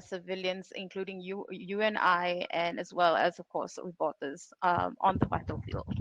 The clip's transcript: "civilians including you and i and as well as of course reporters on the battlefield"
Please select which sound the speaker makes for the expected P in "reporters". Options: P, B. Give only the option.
B